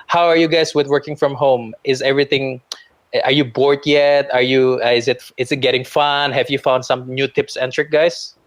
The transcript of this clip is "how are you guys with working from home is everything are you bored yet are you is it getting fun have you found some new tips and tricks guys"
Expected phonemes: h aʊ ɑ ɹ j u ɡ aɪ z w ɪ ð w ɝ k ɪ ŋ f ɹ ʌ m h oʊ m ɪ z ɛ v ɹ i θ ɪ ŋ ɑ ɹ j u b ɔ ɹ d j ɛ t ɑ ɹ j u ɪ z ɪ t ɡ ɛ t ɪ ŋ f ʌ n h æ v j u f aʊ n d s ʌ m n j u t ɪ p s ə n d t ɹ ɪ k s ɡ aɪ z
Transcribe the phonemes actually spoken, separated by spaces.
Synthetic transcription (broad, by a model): h aʊ ɑ ɹ j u ɡ aɪ s w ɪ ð w ɝ k ɪ ŋ f ɹ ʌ m h oʊ m ɪ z ɛ v ɹ i θ ɪ ŋ ɑ ɹ j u b ɔ ɹ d j ɛ t ɑ ɹ j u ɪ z ɪ t ɡ ɛ t ɪ ŋ f ʌ n h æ v j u f aʊ n d s ʌ m n j u t ɪ p s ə n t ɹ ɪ k ɡ aɪ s